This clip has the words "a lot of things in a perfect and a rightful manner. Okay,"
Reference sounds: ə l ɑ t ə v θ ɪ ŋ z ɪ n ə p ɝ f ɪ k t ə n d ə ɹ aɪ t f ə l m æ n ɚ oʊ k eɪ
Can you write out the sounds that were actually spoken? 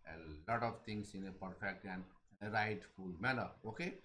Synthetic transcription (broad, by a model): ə l ɑ t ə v t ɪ ŋ s ɪ n ə p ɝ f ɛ k t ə n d ə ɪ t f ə l m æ l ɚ oʊ k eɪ